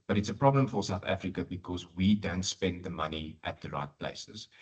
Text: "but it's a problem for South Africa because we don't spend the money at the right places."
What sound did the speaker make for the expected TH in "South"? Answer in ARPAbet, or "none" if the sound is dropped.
TH